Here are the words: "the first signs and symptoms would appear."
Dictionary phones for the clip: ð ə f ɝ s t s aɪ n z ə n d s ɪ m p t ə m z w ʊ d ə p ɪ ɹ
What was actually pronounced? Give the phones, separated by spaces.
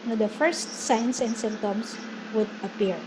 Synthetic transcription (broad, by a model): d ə f ɝ s t s aɪ n s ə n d s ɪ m t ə m s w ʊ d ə p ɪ ɹ